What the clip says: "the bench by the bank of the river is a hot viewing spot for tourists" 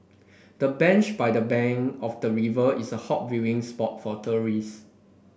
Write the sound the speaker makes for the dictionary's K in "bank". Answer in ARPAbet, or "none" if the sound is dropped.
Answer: none